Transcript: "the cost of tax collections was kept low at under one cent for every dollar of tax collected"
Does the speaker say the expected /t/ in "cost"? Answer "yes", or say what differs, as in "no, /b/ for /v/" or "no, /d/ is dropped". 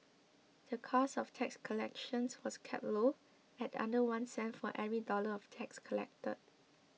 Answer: no, /t/ is dropped